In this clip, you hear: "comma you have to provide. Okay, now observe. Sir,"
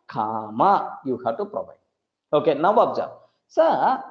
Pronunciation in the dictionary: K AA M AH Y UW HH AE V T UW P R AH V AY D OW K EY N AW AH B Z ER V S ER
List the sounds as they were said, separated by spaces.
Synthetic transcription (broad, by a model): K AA M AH Y UW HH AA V T UW P R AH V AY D OW K EY N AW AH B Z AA S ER